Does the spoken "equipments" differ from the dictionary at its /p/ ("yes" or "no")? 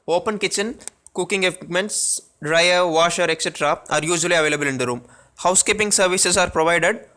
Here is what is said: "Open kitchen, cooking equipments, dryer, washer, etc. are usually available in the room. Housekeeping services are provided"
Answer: yes